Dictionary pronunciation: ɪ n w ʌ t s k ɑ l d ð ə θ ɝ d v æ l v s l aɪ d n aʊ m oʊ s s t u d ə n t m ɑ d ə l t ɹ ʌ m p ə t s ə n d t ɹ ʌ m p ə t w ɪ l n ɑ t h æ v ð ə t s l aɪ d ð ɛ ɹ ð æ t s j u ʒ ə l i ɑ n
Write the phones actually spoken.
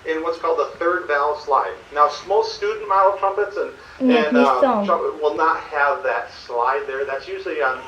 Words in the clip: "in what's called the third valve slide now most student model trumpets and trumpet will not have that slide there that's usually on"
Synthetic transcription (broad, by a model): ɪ n w ʌ t s k ɑ l d ð ə θ ɝ d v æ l s l aɪ d n aʊ m oʊ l s t u d n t m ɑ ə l t ɹ ʌ m p ə t s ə n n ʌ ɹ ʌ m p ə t w ɪ l n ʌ t h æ v ð ə t s l aɪ d ð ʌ ɹ ð æ t s j u ʒ l i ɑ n